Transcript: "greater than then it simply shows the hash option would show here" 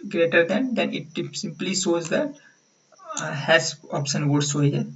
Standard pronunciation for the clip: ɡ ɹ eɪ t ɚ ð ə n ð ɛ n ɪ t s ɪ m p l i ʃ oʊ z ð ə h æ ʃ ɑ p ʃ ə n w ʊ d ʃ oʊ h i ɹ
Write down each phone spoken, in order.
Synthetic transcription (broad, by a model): ɡ ɹ eɪ t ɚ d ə n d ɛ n ɪ t s ɪ m p l i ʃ oʊ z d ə h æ s ɑ p ʃ ə n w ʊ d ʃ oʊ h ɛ